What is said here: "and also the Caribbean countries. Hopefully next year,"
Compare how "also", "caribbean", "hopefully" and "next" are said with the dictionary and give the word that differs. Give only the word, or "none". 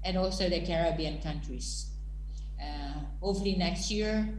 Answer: hopefully